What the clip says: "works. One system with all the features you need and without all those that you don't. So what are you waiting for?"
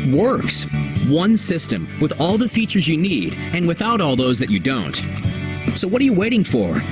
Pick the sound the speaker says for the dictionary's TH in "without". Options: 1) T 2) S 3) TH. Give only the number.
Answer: 3